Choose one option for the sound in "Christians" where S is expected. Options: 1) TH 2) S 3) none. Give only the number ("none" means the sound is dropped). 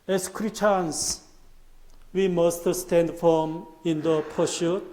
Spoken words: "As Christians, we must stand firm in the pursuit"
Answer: 3